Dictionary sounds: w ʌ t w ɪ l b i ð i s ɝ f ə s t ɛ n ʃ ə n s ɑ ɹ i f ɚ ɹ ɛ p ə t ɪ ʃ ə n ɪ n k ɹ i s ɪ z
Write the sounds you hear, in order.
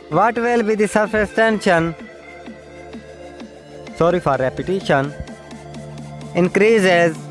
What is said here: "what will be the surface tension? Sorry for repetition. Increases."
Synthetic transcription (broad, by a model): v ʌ t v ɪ l b i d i s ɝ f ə s t ɛ n ʃ ə n s ɑ ɹ i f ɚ ɹ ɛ p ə t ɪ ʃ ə n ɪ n k ɹ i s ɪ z